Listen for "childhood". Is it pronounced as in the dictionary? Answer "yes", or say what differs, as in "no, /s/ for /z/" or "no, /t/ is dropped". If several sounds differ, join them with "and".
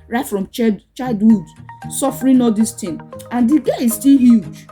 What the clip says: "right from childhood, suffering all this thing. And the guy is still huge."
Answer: no, /l/ is dropped